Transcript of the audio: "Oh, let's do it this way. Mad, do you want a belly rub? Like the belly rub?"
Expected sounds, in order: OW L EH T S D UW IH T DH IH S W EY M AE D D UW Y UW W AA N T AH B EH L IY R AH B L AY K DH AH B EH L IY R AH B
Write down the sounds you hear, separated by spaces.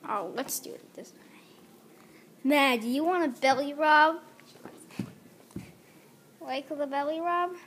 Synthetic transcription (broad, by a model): OW L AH T S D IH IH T DH IH S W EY M AE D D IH Y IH W AA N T AH B EH L IY R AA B W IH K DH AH B EH L IY R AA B